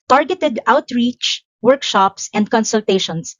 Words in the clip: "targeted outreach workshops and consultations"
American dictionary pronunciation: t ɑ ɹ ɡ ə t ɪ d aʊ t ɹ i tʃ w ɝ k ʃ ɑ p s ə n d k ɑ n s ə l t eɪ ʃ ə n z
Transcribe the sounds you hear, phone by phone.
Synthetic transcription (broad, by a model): t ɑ ɹ ɡ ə t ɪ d aʊ t ɹ i tʃ w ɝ k ʃ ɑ p s ə n d k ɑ n s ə l t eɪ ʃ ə n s